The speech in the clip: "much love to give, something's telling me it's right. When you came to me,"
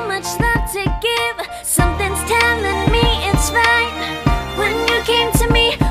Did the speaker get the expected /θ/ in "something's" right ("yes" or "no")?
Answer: yes